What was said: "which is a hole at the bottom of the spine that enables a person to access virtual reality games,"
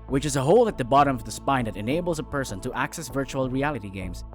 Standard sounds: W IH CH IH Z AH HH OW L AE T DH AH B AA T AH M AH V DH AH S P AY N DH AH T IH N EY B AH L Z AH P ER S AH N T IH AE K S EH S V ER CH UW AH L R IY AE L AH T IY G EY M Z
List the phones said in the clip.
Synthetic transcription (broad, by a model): W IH CH IH Z AH HH OW L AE T DH AH B AA T AH M AH V DH AH S P AY N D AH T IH N EY B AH L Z AH P ER S AH N T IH AE K S EH S V ER CH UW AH L R IY AE L AH T IY G EY M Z